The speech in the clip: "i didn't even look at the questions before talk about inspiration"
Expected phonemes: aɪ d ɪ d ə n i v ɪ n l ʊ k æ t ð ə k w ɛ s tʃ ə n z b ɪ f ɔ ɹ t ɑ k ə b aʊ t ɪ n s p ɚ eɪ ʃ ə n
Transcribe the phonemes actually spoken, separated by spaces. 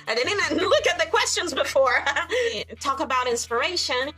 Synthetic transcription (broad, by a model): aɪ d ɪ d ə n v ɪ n l ʊ k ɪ t ð ə k w ɛ s tʃ ə n z b ɪ f ɔ ɹ t ɑ k ə b aʊ t ɪ n s p ɚ eɪ ʃ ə n